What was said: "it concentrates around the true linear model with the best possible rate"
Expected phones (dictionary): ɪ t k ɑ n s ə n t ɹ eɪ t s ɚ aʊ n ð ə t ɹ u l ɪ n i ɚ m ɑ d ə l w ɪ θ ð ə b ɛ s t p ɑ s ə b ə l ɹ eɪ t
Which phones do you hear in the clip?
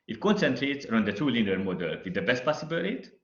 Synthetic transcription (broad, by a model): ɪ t k ɑ n s ə n t ɹ eɪ t s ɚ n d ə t u l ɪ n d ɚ m ɑ d ə l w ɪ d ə b ɛ s t p ɑ s ə b ə l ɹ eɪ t